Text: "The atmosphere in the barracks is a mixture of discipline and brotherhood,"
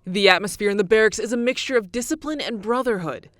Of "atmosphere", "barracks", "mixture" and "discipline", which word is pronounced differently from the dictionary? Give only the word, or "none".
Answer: none